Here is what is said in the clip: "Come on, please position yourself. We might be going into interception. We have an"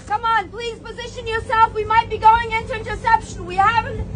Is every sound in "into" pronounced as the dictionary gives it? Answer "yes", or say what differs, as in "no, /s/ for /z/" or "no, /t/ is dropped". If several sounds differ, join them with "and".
yes